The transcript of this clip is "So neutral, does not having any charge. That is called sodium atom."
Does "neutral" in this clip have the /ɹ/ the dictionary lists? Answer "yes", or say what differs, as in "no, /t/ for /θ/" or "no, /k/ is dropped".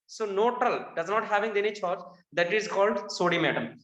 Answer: no, /ɹ/ is dropped